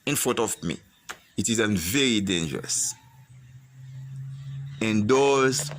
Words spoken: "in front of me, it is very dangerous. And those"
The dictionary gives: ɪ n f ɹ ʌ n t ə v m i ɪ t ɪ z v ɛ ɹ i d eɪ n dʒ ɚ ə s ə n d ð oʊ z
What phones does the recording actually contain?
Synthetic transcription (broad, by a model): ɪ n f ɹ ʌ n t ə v m i ɪ t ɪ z v ɛ ɹ i d eɪ n dʒ ɚ ə s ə n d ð oʊ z